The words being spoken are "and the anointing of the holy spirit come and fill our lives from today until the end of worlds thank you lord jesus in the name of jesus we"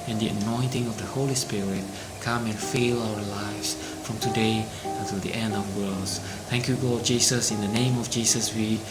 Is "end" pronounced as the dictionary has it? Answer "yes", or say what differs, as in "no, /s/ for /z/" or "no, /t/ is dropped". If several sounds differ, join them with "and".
yes